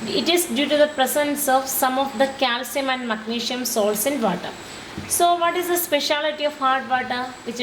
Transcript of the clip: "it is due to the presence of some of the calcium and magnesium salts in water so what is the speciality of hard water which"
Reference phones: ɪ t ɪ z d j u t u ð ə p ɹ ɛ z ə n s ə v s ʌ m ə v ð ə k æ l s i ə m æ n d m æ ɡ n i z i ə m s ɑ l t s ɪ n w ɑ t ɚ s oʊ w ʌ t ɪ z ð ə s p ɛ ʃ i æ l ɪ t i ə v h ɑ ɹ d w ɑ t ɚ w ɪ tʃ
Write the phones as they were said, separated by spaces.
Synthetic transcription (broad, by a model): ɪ t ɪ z d j u t u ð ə p ɹ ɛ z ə n s ə v s ʌ m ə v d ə k æ l s i ə m æ n d m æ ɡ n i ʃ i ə m s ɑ l s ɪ n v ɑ t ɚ s oʊ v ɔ t ɪ z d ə s p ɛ ʃ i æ l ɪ t i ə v h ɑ ɹ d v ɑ t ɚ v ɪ tʃ